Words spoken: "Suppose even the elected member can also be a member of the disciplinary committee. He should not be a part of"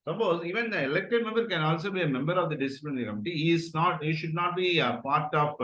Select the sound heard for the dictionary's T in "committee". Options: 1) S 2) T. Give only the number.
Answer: 1